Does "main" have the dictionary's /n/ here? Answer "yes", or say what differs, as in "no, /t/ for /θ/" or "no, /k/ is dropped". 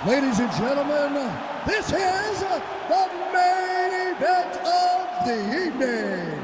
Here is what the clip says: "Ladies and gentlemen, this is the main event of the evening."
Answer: no, /n/ is dropped